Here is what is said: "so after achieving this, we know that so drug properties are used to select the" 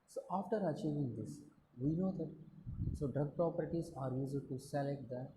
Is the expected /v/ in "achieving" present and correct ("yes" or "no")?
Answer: yes